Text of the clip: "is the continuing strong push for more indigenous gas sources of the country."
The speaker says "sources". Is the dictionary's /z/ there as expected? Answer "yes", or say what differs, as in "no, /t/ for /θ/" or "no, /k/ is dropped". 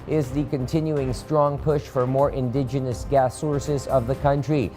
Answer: yes